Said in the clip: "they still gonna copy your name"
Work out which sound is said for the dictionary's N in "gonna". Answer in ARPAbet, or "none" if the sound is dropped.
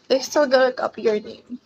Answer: none